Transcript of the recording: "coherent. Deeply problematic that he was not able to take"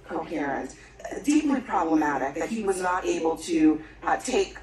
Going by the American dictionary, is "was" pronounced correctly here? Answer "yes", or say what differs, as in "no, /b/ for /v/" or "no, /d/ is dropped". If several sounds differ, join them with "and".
yes